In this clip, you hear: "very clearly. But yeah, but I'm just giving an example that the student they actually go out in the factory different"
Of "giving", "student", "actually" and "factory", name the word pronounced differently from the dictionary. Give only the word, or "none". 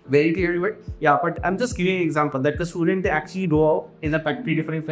factory